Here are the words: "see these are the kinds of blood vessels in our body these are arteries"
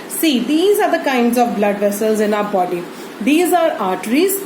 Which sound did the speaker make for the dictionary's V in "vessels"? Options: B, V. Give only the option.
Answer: V